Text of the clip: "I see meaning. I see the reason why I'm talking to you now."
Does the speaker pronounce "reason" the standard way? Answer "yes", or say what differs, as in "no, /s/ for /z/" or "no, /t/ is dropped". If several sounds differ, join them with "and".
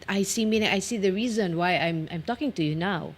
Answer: yes